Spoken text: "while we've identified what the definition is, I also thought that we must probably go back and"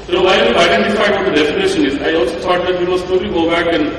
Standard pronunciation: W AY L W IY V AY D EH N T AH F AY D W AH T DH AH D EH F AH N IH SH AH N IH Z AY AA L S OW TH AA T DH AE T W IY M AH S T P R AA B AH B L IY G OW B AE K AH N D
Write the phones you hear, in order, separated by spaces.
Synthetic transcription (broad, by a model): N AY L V AY D EH N T AH F AY D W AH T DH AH D EH F AH N IH SH AH N IH Z AY AA L S OW T AA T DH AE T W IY M AH S T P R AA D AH L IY G OW B AE K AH N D